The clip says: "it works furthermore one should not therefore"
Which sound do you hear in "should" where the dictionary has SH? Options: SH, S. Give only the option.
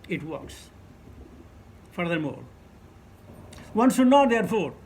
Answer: S